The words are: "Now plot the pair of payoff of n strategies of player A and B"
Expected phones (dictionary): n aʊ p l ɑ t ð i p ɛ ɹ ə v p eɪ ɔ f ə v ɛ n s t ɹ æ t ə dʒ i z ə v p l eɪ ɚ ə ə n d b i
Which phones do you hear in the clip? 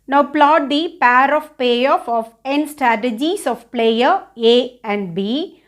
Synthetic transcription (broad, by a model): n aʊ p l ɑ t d i p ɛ ɹ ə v p eɪ ɔ f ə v ɛ n s t ɹ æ t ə dʒ i s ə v p l eɪ ɚ ə ə n d b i